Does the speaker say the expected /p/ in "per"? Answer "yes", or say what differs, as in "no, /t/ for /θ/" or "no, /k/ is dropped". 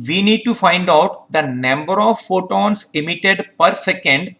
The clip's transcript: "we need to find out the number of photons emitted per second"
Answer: yes